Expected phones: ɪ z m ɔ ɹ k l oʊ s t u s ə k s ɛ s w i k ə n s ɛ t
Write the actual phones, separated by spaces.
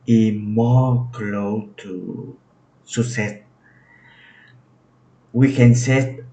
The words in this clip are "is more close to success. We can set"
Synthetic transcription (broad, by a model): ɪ m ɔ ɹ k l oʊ t u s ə s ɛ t w i k ə n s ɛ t